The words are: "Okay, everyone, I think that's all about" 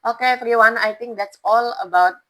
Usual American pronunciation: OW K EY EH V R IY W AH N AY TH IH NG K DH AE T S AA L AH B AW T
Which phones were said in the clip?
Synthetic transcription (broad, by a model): OW K EY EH F R IY W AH N AY T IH NG K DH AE T S AA L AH B AW T